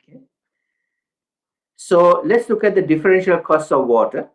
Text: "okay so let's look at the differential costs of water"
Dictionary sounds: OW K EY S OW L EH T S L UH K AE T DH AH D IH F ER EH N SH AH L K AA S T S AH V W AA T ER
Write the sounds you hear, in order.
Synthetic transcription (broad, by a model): K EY S OW L EH T S L UH K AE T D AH D IH F ER EH N SH AH L K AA S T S AH V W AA T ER